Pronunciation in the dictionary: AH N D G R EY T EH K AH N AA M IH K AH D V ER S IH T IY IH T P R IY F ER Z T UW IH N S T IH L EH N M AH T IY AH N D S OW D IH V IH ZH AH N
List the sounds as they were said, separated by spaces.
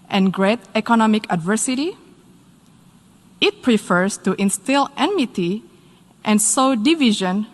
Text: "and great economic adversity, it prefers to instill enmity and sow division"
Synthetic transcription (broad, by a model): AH N G R EY T EH K AH N AA M IH K AH D V ER S IH T IY IH T P R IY F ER S T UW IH N S T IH L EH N M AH T IY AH N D S OW D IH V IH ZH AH N